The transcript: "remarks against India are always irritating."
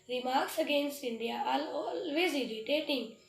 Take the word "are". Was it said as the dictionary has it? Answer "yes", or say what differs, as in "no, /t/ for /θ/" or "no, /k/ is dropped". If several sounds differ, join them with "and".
no, /l/ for /ɹ/